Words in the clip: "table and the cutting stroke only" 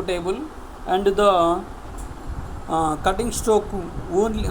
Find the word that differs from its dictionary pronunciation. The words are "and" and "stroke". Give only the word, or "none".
stroke